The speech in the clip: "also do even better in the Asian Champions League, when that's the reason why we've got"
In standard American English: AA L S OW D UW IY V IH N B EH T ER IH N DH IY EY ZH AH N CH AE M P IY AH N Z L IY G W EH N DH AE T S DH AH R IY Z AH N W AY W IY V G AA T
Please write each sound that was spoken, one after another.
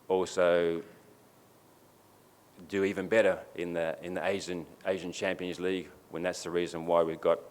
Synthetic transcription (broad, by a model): AA L S OW D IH IY V IH N B EH T ER IH N DH IY EY ZH AH N CH AE M P IY AH N Z L IY G W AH N DH AE T S DH AH R IY Z AH N W AY W IY V G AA T